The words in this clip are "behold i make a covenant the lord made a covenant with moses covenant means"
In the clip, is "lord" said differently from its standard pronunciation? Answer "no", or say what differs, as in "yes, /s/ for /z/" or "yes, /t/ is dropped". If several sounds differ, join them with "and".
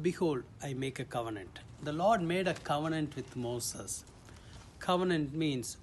no